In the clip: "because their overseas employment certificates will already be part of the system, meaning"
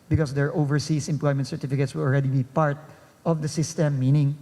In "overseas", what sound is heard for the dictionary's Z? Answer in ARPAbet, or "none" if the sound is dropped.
S